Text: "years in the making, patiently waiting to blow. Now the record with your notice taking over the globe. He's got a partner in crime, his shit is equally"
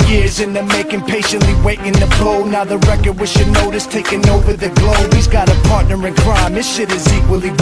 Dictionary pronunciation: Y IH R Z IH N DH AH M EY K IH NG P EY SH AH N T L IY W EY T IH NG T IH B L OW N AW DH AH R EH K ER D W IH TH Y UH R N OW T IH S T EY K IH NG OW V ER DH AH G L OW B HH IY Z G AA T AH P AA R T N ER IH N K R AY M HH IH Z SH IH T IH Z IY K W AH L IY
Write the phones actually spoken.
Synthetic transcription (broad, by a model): Y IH R Z IH N DH AH M EY K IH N P EY SH AH N T L IY W EY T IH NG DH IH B L OW N AW DH AH R EH K ER D W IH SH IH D N OW T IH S T EY K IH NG OW V ER DH AH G L OW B HH IY Z G AA T AH P AA R T N ER IH N K R AY M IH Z SH IH T IH Z IY K W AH L IY